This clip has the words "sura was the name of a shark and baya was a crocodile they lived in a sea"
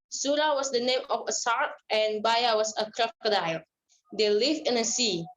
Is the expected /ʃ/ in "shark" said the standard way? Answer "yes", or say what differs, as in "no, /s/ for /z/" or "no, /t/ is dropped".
no, /s/ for /ʃ/